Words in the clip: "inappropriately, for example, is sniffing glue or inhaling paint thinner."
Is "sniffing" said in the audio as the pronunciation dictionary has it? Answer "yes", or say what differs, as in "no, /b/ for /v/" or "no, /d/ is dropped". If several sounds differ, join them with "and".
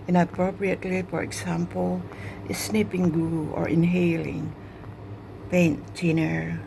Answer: no, /p/ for /f/